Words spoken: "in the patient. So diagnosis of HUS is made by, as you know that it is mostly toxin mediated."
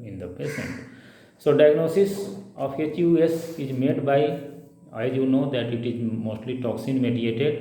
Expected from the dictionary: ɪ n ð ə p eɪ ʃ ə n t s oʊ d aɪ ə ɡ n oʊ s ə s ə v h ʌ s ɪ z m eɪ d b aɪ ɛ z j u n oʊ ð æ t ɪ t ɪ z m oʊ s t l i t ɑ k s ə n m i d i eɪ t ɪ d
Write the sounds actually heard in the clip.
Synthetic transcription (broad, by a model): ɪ n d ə p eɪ s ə n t s oʊ d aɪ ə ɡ n oʊ s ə s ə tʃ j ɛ s ɪ z m eɪ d b aɪ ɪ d j u n oʊ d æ t ɪ t ɪ z m oʊ s t l i t ɑ k s ə n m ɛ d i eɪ t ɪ d